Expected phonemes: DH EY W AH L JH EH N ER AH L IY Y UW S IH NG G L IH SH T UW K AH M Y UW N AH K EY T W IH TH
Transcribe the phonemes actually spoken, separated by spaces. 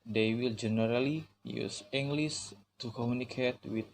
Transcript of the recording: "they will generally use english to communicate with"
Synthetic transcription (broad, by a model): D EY W AH L JH EH N ER AH L IY Y UW S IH NG G L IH S T UW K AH M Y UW N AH K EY T W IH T